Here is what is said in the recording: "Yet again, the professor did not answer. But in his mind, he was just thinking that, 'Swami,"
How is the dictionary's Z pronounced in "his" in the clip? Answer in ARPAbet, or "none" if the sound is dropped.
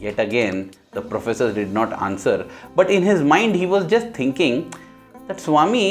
Z